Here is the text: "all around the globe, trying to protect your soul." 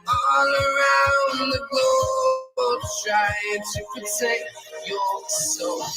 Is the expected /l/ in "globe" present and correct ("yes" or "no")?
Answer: no